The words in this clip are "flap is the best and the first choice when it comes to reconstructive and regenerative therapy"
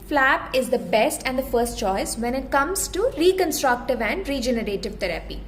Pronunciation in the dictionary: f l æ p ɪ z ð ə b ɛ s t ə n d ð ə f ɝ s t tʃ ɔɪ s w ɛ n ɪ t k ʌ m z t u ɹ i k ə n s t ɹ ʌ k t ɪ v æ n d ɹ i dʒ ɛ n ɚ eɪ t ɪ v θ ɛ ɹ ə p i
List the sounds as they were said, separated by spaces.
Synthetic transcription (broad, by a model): f l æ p ɪ z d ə b ɛ s t ə n d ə f ɝ s t tʃ ɔɪ s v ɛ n ɪ t k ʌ m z t u ɹ i k ə n s t ɹ ʌ k t ɪ v æ n d ɹ i dʒ ɛ n ɚ eɪ t ɪ v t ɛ ɹ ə p i